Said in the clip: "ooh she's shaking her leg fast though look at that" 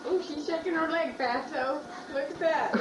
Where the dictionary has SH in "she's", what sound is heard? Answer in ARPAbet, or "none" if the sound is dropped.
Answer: SH